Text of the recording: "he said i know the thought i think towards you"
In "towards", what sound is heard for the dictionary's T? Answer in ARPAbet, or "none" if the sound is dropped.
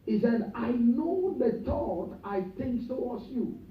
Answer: S